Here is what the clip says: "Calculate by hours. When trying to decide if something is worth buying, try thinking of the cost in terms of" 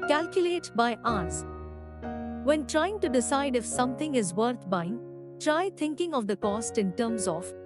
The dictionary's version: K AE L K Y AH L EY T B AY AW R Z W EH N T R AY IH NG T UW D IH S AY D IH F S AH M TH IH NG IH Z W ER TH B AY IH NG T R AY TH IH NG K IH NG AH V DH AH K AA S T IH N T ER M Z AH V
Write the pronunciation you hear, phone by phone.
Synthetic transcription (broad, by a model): K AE L K Y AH L EY T B AY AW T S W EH N T R AY IH NG T UW D IH S AY D IH F S AH M T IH NG IH Z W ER T B AY IH NG T R AY T IH NG K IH NG AH V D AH K AA S T IH N T ER M Z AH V